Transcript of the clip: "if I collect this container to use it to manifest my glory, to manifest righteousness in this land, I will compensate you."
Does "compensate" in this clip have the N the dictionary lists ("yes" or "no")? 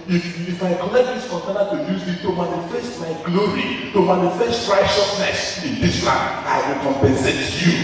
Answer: yes